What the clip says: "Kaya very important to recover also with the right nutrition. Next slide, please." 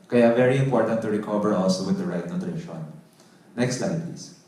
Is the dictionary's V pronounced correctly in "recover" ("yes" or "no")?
no